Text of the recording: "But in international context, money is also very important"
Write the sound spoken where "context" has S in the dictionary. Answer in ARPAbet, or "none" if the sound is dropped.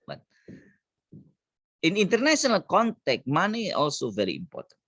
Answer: none